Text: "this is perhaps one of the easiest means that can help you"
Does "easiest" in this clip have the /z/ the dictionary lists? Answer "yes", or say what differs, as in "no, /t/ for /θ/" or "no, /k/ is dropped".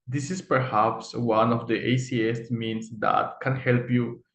no, /s/ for /z/